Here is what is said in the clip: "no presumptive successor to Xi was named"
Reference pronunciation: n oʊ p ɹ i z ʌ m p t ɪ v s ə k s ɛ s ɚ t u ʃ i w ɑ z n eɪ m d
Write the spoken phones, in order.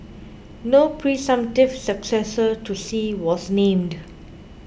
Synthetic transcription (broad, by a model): n oʊ p ɹ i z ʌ m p t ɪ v s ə k s ɛ s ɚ t u s i w ɑ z n eɪ m d